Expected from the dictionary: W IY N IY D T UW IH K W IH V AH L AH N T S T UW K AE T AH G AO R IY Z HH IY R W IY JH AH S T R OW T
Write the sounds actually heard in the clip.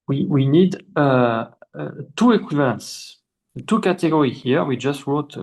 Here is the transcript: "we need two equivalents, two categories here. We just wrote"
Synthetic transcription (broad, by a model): W IY N IY D T UW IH K W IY V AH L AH N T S T UW K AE T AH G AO R IY HH IY R W IY JH AH S T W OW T